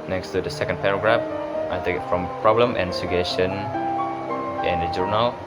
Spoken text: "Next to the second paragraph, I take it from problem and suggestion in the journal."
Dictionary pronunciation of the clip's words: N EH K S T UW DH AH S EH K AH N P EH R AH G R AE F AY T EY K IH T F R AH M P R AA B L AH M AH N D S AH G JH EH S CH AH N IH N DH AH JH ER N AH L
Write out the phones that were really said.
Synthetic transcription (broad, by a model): N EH K S T UW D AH S EH K AH N P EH R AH G R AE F AY T EY K IH T F R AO M P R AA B L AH M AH N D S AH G EH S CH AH N IH N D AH JH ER N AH L